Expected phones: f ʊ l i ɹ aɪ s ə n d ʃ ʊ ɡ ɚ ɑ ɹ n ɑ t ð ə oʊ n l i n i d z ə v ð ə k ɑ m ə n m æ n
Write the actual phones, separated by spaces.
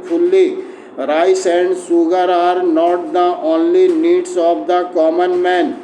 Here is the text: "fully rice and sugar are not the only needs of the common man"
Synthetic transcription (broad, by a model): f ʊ l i ɹ aɪ s ə n d s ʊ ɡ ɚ ɑ ɹ n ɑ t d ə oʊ n l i n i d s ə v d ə k ɑ m ə n m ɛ n